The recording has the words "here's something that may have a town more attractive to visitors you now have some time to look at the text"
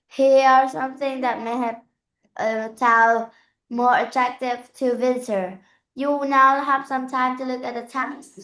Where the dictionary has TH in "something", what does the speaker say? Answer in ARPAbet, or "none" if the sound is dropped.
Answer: TH